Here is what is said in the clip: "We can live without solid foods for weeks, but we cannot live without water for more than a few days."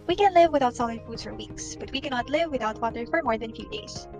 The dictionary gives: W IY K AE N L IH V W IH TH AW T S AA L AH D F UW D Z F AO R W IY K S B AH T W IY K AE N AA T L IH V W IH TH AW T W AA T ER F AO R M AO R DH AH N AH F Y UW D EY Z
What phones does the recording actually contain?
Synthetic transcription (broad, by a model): W IY K AE N L IH V W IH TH AW T S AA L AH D F UW D Z F AO R W IY K S B AH T W IY K AE N AA T L IH V W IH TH AW T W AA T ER F AO R M AO R DH AH N F Y UW D EY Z